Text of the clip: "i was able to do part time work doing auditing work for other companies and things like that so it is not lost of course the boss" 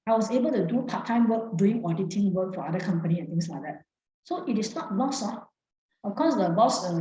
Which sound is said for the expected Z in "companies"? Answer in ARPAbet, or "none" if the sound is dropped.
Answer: none